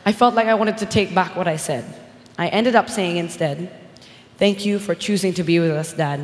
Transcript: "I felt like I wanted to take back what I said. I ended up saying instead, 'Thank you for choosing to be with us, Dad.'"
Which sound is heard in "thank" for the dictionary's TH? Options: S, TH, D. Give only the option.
TH